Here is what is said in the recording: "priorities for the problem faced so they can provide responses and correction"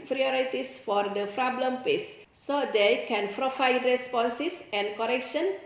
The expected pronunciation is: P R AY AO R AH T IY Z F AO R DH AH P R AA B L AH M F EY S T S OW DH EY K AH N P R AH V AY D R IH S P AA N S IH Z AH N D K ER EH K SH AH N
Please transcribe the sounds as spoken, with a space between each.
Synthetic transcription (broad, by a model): P R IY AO R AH T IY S F AO R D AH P R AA B L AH M P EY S S OW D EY K AH N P R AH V AY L R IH S P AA N S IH S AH N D K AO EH K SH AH N